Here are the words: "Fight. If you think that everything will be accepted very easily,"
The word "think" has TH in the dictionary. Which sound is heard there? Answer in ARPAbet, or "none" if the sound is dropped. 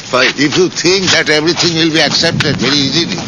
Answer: T